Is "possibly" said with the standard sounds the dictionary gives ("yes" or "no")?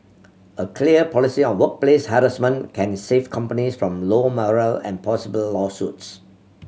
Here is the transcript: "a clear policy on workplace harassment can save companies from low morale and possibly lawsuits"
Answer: no